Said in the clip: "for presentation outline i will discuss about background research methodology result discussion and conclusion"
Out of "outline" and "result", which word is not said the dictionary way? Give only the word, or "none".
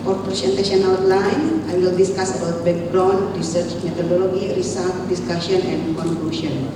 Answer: result